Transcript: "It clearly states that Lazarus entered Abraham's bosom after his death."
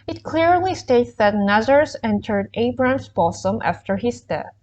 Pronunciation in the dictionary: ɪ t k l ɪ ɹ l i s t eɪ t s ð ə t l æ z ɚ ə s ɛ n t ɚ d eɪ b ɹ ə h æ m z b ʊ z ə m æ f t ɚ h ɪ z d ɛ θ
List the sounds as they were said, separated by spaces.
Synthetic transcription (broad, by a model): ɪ t k l ɪ ɹ l i s t eɪ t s ð ə t n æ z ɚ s ɛ n t ɚ d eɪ b ɹ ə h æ m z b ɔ s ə m æ f t ɚ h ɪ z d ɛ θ